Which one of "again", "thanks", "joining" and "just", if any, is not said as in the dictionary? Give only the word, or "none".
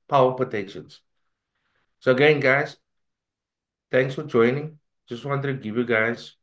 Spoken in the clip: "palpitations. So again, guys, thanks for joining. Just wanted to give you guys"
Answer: thanks